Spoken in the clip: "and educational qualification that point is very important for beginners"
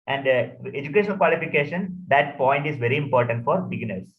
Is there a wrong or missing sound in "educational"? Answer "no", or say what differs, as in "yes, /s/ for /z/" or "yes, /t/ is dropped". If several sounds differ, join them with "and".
yes, /n/ is dropped and /n/ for /l/